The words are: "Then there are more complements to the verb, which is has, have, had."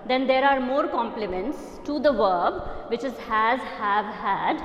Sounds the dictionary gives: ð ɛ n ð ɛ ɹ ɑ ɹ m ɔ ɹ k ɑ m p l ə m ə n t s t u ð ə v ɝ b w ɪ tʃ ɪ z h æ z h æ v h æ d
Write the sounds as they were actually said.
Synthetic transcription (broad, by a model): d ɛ n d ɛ ɹ ɑ ɹ m ɔ ɹ k ɑ m p l ə m ə n t s t u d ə v ɝ b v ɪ tʃ ɪ z h æ z h æ v h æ d